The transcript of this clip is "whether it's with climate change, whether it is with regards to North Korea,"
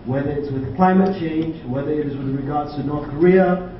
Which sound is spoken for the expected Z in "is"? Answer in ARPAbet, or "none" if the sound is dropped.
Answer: Z